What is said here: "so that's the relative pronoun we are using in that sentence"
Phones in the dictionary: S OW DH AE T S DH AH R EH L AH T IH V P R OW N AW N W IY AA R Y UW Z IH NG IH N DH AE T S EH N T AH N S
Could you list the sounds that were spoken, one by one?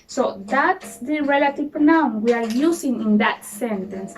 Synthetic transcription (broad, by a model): S OW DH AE T S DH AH R EH L AH T IH V P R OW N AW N W IY AA R Y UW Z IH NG IH N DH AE T S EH N T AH N S